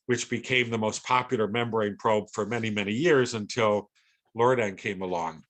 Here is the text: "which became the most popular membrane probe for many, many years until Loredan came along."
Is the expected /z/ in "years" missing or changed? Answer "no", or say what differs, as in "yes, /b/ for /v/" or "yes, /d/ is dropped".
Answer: no